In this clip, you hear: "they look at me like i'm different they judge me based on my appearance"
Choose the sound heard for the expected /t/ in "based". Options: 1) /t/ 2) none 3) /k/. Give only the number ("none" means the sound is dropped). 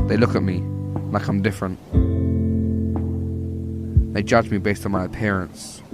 1